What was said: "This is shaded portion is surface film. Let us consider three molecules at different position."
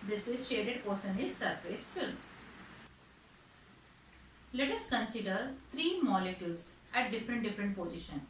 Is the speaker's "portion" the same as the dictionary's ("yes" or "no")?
no